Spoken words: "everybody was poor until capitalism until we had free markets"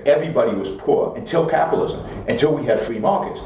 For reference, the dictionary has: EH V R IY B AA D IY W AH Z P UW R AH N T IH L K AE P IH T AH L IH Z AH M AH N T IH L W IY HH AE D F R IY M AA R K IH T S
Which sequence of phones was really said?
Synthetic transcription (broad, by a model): EH V R IY B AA D IY W AH Z P UW R AH N T IH L K AE P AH L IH Z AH M AH N T IH L W IY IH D F R IY M AA R K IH T S